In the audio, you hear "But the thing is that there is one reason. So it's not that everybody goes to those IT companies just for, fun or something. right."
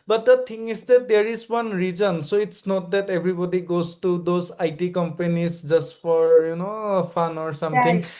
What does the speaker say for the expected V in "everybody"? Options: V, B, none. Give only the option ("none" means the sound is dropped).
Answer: B